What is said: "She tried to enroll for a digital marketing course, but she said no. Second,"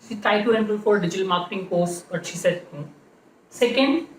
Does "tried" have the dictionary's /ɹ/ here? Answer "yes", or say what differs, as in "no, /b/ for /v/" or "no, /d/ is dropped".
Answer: no, /ɹ/ is dropped